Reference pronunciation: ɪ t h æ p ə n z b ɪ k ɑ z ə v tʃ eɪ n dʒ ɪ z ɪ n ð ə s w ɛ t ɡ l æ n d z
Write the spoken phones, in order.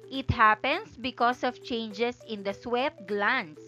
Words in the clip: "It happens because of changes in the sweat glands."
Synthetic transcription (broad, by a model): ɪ t h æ p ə n s b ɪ k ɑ s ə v tʃ eɪ n dʒ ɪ s ɪ n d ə s w ɛ t ɡ l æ n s